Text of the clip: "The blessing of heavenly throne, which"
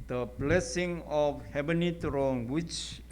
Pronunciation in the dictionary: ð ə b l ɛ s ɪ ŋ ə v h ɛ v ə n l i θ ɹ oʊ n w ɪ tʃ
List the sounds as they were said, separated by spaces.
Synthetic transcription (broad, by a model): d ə b l ɛ s ɪ ŋ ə f h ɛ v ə n i t ɹ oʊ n w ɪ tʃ